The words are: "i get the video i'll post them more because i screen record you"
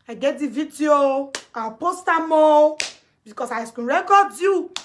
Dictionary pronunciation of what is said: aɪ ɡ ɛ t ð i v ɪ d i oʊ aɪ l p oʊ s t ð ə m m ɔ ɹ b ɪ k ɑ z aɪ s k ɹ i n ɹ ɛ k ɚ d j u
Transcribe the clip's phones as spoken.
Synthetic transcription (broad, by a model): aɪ ɡ ɛ t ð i v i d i oʊ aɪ p oʊ s t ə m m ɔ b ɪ k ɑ s aɪ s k u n ɹ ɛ k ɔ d j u